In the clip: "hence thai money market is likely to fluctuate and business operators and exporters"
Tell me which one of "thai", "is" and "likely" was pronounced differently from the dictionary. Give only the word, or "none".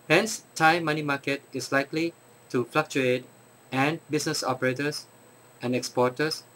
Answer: is